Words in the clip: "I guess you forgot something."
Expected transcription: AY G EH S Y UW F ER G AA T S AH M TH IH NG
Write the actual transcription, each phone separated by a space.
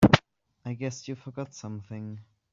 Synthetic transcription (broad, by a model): AY G EH S Y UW F ER G AA T S AH M TH IH NG